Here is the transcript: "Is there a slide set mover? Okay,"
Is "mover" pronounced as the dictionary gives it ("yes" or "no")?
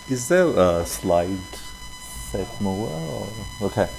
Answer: no